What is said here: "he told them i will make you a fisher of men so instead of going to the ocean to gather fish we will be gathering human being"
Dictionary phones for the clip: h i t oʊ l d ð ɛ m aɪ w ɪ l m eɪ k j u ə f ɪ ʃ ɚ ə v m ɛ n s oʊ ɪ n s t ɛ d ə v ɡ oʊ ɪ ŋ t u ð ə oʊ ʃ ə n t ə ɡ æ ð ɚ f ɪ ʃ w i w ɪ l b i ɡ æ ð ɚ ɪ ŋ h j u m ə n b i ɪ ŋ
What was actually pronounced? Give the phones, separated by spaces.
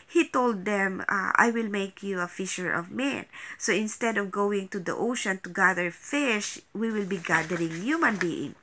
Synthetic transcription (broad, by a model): h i t oʊ l d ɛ m aɪ w ɪ l m eɪ k j u ə f ɪ ʃ ɚ ə v m ɛ n s oʊ ɪ n s t ɛ d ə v ɡ oʊ ɪ ŋ t u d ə oʊ ʃ ə n t ə ɡ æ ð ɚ f ɪ ʃ w i w ɪ l b i ɡ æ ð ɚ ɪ ŋ h j u m ə n b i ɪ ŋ